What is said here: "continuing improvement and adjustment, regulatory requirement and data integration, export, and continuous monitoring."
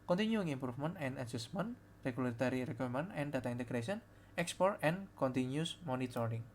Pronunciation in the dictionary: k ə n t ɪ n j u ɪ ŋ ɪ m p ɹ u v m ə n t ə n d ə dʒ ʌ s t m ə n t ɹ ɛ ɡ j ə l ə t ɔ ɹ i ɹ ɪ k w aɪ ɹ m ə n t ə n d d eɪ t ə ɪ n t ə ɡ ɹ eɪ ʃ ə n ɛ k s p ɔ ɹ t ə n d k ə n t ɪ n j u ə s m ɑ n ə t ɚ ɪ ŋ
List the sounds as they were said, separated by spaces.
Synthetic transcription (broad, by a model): k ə n t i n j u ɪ ŋ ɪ m p ɹ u f m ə n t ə n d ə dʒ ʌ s m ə n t ɹ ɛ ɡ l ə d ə t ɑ ɹ i ɹ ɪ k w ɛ m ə n ə n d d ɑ t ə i n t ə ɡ ɹ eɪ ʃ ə n ɛ k s p ɔ ɹ t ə n k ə n t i n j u s m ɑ n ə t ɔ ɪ ŋ